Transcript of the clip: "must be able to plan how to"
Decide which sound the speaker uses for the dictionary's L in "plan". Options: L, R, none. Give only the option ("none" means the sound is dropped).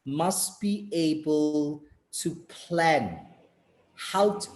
L